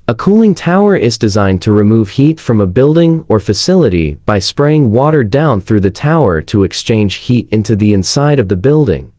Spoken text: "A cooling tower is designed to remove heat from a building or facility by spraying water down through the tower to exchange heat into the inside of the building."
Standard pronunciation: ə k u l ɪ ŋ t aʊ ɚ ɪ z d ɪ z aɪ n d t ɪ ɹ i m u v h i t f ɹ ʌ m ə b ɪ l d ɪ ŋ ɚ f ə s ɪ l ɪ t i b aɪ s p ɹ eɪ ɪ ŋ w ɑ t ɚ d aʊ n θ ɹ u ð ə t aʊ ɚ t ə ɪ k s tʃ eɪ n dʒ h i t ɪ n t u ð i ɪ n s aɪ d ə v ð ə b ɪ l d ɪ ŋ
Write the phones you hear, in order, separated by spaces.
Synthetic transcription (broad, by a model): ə k u l ɪ ŋ t aʊ ɚ ɪ z d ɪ z aɪ n t ɪ ɹ i m u v h i t f ɹ ʌ m ə b ɪ l d ɪ ŋ ɚ f ə s ɪ l ɪ t i b aɪ s p ɹ eɪ ɪ ŋ w ɑ t ɚ d aʊ n θ ɹ u ð ə t aʊ ɚ t ə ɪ k s tʃ eɪ n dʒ h i t ɪ n t u ð i ɪ n s aɪ d ə v ð ə b ɪ l d ɪ ŋ